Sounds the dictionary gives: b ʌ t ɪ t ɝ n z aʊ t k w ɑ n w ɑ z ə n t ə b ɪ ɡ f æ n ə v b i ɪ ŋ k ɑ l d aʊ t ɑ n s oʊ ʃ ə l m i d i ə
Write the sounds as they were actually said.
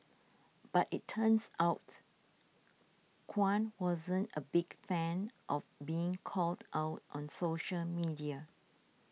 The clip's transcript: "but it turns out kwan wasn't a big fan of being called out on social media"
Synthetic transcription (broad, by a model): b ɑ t ɪ t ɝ n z aʊ t k w ɑ n w ɑ z ə n t ə b ɪ ɡ f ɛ n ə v b i ɪ ŋ k ɑ l d aʊ t ɑ n s oʊ ʃ ə l m i d i ə